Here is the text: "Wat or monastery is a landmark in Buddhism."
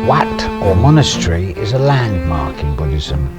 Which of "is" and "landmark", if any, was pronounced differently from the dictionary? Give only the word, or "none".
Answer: none